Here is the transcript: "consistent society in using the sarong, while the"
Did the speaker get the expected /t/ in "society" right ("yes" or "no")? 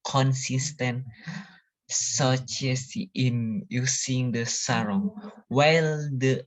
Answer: no